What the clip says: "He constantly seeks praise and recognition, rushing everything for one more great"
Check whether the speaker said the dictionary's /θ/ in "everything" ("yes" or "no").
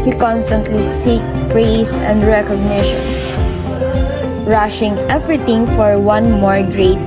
no